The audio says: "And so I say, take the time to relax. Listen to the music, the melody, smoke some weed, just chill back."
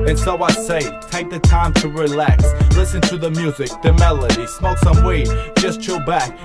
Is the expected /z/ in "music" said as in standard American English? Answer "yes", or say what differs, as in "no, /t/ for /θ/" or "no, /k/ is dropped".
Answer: yes